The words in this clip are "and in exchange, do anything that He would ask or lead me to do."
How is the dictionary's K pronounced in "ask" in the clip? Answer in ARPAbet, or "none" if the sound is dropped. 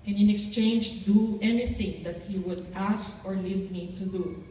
K